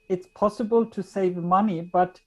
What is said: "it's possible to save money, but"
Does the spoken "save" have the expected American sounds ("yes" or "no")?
yes